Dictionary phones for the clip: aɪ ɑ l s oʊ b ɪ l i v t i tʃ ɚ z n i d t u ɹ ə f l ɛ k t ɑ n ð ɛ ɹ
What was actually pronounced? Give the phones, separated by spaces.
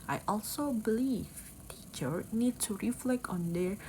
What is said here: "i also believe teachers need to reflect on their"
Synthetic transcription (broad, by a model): aɪ ɑ l s oʊ b ɪ l i v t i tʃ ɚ n i d t u ɹ ə f l ɛ k t ɑ n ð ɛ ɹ